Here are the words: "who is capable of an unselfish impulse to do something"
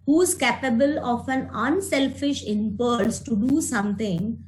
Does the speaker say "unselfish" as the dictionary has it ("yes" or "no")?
yes